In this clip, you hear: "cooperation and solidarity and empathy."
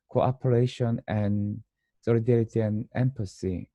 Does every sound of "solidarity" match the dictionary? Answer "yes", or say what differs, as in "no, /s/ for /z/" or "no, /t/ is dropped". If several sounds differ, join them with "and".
yes